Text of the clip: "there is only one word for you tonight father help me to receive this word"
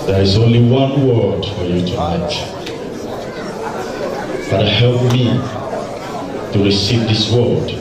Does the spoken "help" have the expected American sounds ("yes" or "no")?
yes